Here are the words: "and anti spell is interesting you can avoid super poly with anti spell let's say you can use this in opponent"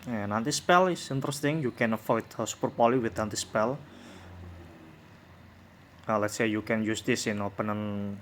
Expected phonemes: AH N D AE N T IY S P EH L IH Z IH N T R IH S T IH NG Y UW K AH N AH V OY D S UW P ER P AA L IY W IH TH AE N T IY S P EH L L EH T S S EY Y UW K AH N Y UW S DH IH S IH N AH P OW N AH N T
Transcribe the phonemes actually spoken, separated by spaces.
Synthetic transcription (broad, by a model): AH N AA N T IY S P EH L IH S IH N T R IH S T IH NG Y UW K AH N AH F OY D S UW P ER P AA L IY W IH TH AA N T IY S P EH L L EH T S S EY Y UW K AH N Y UW S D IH S IH N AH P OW N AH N